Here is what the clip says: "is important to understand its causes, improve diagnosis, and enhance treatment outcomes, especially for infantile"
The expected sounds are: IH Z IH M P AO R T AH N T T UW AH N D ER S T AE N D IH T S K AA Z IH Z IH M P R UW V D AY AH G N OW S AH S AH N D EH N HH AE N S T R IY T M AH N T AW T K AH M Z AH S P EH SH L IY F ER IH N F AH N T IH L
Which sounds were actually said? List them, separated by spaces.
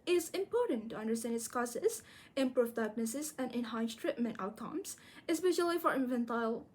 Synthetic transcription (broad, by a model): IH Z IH M P AO R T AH N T T UW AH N D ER S T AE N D IH T S K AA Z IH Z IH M P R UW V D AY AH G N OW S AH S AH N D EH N HH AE N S T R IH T M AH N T AW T K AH M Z AH S P EH SH L IY F ER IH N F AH N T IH L